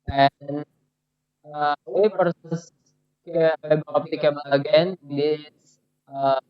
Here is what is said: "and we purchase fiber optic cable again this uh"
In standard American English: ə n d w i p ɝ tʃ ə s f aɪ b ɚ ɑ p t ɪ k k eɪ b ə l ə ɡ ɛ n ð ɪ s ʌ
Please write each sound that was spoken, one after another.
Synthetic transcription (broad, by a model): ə n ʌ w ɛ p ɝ s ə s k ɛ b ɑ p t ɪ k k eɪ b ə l ə ɡ ɛ n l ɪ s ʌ